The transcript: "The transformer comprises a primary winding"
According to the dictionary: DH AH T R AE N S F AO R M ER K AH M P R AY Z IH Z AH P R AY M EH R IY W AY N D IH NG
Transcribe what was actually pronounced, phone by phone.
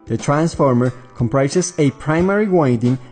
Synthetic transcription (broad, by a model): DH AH T R AE N S F AO R M ER K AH M P R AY S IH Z AH P R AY M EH R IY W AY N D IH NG